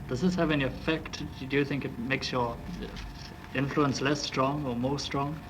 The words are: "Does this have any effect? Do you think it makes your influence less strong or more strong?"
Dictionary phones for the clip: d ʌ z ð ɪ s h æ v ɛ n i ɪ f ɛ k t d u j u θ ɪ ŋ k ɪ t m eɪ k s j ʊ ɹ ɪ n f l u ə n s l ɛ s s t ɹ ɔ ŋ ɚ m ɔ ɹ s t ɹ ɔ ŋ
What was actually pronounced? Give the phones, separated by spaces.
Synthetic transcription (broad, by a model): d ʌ z ð ɪ s h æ v ɛ n i ɪ f ɛ k t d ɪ j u θ ɪ ŋ k ɪ t m eɪ k s j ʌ ɹ ɪ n f l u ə n s l ɛ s s t ɹ ɔ ŋ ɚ m ɔ ɹ s t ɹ ɔ ŋ